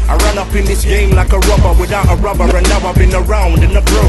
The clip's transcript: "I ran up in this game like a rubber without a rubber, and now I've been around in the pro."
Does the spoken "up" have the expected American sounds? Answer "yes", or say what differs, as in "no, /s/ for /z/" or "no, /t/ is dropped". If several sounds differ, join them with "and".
yes